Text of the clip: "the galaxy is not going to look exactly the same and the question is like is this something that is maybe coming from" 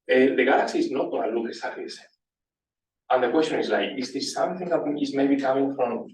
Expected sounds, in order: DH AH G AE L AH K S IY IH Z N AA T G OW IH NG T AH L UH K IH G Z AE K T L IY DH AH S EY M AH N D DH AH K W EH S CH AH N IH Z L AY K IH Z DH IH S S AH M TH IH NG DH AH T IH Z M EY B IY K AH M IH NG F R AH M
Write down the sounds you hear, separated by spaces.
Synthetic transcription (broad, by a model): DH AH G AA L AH K S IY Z N AA T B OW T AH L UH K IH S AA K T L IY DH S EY AH N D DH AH K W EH S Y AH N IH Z L AY K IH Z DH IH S S AH M TH IH NG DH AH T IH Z M EY B IY K AH M IH NG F R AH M